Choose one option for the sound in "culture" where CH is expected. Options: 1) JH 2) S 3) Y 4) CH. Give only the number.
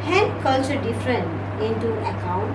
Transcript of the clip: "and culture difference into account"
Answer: 2